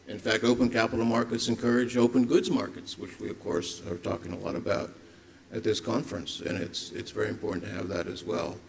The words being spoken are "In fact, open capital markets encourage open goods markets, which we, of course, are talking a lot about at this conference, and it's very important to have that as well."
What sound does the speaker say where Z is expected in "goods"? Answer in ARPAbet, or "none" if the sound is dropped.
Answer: Z